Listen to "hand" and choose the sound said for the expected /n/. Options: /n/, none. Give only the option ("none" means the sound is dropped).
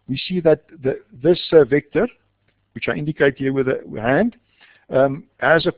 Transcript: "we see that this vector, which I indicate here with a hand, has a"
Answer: /n/